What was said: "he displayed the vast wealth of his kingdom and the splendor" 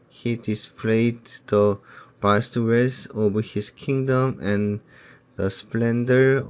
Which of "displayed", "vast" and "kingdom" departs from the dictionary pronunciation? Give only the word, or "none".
vast